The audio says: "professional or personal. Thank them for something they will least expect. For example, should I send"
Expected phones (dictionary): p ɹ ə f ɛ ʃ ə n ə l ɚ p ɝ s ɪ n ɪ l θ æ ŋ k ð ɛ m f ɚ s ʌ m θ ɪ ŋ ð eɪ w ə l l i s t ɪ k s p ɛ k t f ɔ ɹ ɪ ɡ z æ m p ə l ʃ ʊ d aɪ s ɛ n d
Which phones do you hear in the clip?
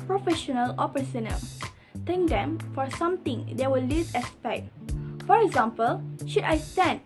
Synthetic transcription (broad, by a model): p ɹ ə f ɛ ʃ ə n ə l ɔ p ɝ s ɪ n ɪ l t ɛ ŋ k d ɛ m f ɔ s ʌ m t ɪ ŋ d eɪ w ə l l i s ɪ s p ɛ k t f ɔ ɹ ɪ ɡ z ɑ m p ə l ʃ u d aɪ s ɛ n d